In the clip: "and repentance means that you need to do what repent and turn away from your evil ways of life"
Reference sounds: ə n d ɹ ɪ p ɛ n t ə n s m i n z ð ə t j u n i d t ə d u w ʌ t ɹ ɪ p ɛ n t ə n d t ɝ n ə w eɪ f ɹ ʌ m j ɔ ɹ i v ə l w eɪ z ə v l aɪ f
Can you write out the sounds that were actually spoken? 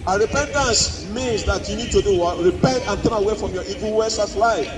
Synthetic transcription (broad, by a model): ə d ɹ ɪ p ɛ n t ə n s m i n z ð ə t j u n i d t ə d u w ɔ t ɹ ɪ p ɛ n t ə n t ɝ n ə w eɪ f ɹ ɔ m j ɔ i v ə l w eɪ s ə f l aɪ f